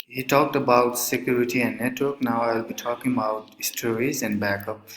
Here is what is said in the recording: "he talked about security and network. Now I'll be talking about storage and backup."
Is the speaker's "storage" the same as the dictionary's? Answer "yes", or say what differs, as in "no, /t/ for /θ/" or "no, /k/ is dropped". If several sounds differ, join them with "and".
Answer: no, /z/ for /dʒ/